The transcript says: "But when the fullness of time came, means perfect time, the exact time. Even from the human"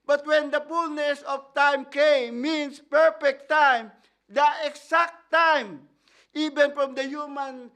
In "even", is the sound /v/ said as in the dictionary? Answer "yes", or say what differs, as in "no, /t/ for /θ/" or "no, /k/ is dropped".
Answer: no, /b/ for /v/